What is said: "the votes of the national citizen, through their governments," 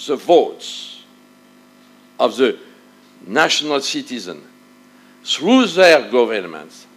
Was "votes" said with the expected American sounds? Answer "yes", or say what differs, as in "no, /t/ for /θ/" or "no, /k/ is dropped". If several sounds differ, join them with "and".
yes